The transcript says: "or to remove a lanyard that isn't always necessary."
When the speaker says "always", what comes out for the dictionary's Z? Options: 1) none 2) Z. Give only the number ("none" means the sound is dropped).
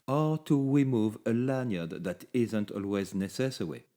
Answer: 2